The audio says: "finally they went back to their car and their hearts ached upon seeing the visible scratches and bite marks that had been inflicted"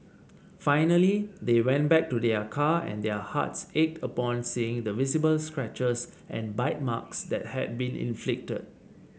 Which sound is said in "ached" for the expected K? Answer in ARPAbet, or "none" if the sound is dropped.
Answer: K